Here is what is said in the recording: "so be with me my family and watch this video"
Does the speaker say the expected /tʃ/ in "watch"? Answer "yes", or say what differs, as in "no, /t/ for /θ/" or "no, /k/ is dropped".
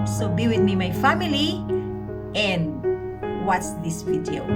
no, /s/ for /tʃ/